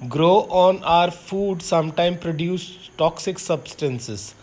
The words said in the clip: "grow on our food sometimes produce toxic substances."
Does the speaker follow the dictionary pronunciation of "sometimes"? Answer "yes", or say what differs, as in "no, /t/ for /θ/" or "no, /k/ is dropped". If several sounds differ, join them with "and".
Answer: no, /z/ is dropped